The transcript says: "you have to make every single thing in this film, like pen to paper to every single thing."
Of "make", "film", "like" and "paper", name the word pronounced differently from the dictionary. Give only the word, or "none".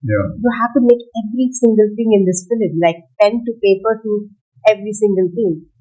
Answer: film